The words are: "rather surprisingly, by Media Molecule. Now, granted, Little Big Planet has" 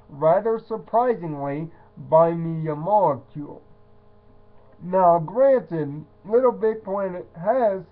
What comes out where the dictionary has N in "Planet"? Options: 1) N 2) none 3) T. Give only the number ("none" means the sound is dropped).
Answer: 2